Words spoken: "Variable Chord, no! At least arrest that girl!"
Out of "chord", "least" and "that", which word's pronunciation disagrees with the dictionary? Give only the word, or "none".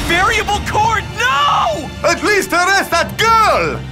none